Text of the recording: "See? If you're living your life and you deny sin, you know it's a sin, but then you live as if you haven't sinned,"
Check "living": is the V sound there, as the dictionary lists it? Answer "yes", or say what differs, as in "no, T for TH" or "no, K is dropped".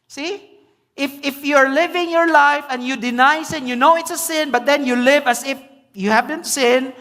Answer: yes